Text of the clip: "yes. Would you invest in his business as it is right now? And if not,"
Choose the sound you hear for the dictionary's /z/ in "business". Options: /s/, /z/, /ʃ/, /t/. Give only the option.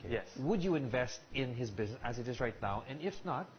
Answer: /z/